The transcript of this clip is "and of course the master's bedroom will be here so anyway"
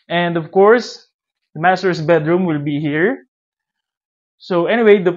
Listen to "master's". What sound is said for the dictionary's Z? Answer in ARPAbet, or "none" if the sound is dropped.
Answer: S